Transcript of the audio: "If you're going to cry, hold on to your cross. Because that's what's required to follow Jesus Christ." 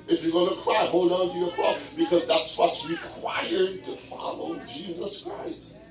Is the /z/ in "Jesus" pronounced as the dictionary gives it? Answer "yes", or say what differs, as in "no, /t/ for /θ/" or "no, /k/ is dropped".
yes